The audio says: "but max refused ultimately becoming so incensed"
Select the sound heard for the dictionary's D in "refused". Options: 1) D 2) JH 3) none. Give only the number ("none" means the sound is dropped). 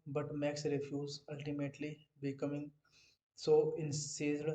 3